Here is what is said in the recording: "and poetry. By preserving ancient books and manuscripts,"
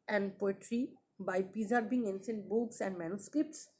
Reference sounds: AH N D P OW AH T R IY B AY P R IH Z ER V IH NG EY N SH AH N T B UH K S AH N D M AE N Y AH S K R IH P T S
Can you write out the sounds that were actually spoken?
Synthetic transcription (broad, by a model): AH N D P OW AH T R IY B AY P IH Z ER B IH NG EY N S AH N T B UH K S AH N D M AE N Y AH S K R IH P T S